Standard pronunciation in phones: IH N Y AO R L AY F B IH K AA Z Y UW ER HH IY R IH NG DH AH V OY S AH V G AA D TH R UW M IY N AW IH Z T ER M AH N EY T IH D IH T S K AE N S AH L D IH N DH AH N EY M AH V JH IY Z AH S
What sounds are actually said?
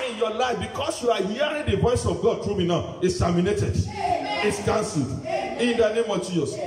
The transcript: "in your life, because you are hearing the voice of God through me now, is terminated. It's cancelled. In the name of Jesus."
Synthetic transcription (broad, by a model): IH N Y AO L AY F B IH K AA S Y UW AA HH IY R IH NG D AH V OY S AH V G AA D T R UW M IY N AW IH S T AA M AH N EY T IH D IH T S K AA N S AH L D IH N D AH N EY M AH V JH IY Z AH S